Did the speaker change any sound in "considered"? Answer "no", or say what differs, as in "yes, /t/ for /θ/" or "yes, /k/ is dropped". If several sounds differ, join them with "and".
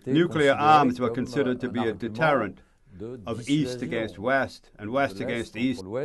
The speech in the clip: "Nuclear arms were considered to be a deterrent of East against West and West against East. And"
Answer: no